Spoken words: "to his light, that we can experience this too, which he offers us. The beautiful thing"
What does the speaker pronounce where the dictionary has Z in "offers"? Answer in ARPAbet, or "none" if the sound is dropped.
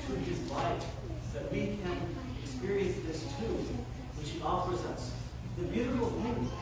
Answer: Z